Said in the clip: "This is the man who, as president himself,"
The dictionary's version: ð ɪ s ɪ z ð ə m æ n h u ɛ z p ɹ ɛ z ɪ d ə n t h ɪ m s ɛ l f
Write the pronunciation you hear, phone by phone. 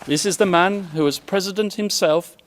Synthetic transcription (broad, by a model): ð ɪ s ɪ z ð ə m æ n h u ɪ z p ɹ ɛ z ɪ d ə n t h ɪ m s ɛ l f